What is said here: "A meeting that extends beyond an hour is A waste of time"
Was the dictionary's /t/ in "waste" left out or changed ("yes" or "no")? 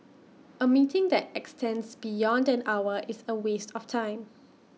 no